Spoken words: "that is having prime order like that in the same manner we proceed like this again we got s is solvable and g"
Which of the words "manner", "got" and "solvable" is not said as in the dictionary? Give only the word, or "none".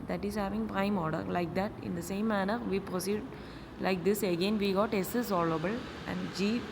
solvable